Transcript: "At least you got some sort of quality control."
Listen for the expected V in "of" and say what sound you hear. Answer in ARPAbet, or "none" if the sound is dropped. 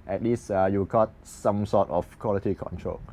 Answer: F